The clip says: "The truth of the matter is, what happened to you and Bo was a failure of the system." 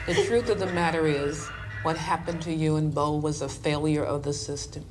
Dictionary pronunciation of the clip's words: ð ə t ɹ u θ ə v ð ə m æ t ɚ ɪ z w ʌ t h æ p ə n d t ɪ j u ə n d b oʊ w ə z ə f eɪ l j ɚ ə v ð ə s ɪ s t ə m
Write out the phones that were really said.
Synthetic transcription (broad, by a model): ð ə t ɹ u θ ə v ð ə m æ t ɚ ɪ z w ʌ t h æ p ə n t ɪ j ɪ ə n b oʊ w ə z ə f eɪ l j ɚ ə v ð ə s ɪ s t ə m